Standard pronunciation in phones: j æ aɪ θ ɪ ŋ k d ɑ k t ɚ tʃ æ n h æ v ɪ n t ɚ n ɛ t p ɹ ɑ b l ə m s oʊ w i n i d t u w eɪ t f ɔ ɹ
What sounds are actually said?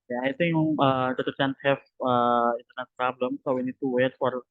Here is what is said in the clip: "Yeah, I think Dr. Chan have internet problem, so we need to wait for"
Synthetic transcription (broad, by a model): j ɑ aɪ t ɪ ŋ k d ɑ t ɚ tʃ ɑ n h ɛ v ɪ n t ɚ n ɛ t p ɹ ɑ b l ə m s oʊ w i n i d t u w eɪ t f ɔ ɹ